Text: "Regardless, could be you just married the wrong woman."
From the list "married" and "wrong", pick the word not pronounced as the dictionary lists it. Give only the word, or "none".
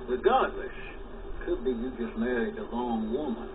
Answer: wrong